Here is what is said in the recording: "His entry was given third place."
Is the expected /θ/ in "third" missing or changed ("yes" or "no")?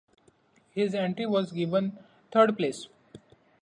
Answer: yes